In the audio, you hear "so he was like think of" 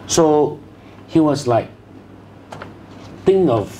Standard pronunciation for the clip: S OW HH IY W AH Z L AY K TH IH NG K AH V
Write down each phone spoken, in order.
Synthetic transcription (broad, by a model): S OW HH IY W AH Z L AY K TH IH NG AH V